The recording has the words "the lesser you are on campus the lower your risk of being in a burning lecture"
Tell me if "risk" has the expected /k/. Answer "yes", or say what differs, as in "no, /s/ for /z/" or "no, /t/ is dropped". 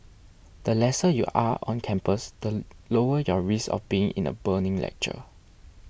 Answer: no, /k/ is dropped